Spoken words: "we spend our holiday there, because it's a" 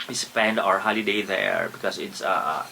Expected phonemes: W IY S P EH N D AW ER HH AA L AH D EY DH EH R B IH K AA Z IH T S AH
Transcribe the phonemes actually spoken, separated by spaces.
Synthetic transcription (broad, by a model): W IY S P EH N D AW ER HH AA L AH D EY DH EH R B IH K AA S IH T S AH